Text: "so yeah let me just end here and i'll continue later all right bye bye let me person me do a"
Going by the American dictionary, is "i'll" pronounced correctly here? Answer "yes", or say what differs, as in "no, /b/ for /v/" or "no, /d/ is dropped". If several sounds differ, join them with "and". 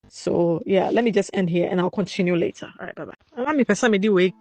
yes